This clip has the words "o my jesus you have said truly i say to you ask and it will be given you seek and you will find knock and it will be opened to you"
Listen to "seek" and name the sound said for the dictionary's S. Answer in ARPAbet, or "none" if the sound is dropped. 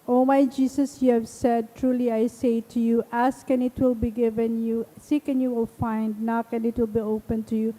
S